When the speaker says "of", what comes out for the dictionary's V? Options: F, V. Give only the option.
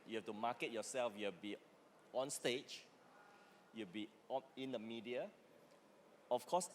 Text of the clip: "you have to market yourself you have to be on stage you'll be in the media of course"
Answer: F